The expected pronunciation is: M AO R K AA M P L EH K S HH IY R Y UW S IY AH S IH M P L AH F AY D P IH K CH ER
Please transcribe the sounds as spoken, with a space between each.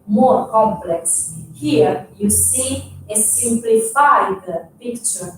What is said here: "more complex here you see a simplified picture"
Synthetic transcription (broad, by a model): M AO R K AA M P L EH K S HH IY R Y UW S IY AH S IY M P L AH F AY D P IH K CH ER